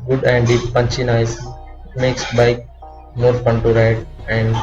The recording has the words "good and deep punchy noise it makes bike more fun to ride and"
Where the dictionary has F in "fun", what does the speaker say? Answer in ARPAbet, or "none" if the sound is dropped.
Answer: P